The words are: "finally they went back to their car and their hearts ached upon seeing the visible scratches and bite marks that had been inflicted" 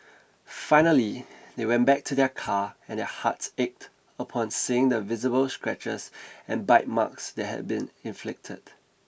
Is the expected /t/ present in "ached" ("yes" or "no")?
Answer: yes